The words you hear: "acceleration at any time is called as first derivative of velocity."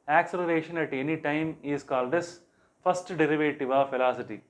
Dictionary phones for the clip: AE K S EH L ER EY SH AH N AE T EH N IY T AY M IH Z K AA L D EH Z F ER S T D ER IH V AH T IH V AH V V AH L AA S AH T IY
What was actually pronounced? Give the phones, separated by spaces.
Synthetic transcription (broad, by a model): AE K S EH L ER EY SH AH N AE T EH N IY T AY M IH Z K AA L D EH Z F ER S T D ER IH V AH T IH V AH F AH L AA S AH T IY